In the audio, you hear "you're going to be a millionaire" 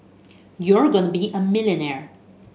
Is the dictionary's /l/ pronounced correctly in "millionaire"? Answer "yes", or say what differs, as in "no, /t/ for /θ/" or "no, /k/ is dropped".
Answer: yes